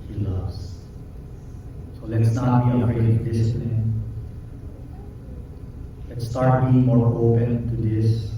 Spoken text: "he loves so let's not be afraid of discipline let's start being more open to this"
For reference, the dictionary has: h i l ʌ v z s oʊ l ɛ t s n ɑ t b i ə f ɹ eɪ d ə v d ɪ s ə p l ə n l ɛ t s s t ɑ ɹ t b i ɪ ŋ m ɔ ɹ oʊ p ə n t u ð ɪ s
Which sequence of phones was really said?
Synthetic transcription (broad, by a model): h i l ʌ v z s oʊ l ɛ t s n ɑ t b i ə ɹ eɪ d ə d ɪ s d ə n l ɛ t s s t ɑ ɹ t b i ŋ m ɔ ɹ oʊ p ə n t u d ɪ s